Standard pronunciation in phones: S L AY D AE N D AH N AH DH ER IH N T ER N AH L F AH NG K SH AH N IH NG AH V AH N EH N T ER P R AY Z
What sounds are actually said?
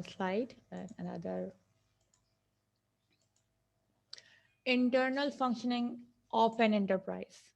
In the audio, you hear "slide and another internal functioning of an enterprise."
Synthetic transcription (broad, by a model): S L AY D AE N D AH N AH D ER IH N T ER N AH L F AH NG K SH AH N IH NG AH P AH N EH N T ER P R AY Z